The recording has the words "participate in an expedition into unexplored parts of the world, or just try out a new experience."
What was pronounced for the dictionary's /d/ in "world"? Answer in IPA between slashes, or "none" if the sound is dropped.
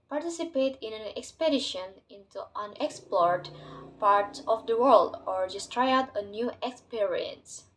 /d/